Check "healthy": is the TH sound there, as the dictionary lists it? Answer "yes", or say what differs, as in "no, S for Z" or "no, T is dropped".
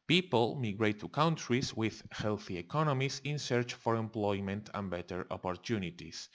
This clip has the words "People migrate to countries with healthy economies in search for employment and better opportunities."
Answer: yes